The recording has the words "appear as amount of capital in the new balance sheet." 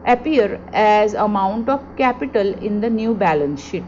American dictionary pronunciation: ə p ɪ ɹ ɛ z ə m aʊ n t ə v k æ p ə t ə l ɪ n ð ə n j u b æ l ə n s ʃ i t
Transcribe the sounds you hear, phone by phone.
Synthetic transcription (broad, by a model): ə p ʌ ɹ ɛ z ə m aʊ n t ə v k æ p ə t ə l ɪ n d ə n j u b æ l ə n s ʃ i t